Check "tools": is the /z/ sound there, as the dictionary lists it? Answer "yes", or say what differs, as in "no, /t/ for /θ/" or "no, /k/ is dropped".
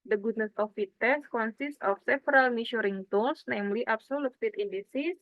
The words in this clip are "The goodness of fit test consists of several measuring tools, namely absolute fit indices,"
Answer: no, /s/ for /z/